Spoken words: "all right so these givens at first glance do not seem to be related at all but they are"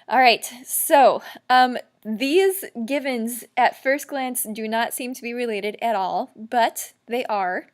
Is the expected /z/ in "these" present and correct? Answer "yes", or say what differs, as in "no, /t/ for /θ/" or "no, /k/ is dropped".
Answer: yes